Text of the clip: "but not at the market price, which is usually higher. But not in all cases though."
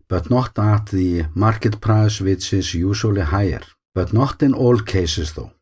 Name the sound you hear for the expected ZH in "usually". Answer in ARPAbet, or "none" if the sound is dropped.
S